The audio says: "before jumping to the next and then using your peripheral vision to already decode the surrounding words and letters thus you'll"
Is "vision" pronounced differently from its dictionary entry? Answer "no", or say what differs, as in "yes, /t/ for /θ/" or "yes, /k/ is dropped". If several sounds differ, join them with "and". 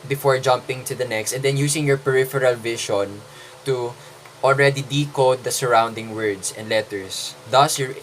yes, /ʃ/ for /ʒ/